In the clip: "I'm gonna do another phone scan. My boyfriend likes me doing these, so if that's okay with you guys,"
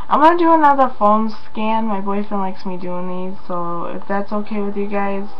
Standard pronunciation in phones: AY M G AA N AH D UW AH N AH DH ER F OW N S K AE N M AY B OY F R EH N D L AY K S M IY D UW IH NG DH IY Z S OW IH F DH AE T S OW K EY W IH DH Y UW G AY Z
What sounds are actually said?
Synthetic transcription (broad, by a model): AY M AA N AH D UW AH N AH DH ER F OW L S K AE N M AY B OY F EH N L AY K S M IY D UW IH NG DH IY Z S OW IH F DH AE T S OW K EY W IH DH Y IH G AY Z